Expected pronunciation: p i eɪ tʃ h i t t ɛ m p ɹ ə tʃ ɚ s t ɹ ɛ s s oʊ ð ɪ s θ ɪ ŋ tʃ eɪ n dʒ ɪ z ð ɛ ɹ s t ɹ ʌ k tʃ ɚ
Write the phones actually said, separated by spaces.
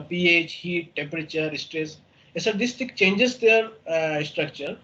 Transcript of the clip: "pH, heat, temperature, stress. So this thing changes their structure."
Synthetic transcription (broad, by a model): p i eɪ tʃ h i t t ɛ m p ɹ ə tʃ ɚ s t ɹ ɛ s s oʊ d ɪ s t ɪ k tʃ eɪ n dʒ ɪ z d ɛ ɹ s t ɹ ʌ k tʃ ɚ